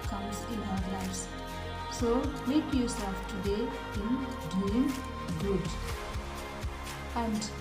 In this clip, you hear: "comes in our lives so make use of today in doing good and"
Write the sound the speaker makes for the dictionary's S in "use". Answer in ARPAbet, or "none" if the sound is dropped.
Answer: S